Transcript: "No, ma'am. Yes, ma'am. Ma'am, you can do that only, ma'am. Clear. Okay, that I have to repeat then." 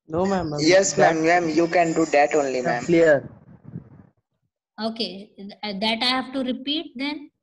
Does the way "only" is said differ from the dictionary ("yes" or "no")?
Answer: no